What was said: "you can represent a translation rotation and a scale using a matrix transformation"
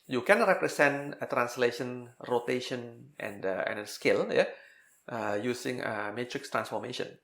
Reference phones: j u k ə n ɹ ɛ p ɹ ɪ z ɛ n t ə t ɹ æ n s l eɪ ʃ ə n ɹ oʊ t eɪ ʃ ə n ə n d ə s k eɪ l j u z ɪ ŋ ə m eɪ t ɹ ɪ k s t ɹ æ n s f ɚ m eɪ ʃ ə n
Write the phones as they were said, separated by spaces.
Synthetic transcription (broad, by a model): j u k ə n ɹ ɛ p ɹ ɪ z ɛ n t ə t ɹ æ n s l eɪ ʃ ə n ɹ oʊ t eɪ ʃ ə n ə n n ə s k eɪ l j u s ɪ ŋ ə m eɪ t ɹ ɪ k s t ɹ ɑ n s f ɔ m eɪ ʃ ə n